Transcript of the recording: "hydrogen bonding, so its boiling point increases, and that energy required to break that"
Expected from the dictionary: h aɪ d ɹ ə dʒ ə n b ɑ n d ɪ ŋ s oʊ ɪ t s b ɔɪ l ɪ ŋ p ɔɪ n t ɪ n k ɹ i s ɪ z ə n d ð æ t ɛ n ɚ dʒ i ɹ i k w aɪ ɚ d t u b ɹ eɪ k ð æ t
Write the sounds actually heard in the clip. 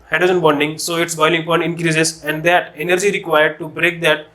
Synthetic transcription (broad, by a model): h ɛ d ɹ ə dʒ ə n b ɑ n d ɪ ŋ s oʊ ɪ t s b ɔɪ l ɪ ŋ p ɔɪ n ɪ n k ɹ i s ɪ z ə n d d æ t ɛ n ɚ dʒ i ɹ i k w aɪ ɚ d t u b ɹ eɪ k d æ t